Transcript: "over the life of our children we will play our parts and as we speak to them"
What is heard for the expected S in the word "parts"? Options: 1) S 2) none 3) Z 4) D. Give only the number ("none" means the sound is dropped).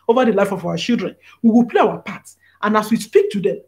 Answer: 2